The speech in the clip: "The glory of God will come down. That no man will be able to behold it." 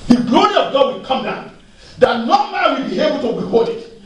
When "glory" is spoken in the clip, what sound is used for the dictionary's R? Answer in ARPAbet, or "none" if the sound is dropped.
R